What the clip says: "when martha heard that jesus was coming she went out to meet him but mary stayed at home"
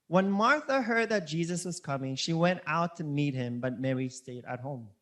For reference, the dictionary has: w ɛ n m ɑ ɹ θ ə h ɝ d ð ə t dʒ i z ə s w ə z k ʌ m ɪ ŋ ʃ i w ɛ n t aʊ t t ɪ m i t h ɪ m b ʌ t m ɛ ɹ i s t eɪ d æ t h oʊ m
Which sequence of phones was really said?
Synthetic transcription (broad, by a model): w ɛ n m ɑ ɹ θ ə h ɝ d ð ə t dʒ i z ə s w ə z k ʌ m ɪ ŋ ʃ i w ɛ n t aʊ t t ɪ m i t h ɪ m b ʌ t m ɛ ɹ i s t eɪ d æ t h oʊ m